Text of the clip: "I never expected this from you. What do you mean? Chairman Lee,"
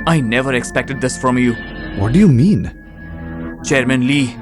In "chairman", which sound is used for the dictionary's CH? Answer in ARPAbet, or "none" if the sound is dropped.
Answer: CH